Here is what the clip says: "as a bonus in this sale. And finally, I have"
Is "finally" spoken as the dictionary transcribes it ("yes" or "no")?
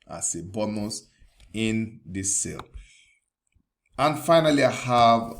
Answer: yes